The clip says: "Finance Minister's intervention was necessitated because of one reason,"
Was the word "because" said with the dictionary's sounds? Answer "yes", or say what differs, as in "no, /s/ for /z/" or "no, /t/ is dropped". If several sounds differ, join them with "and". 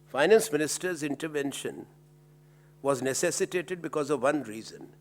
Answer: yes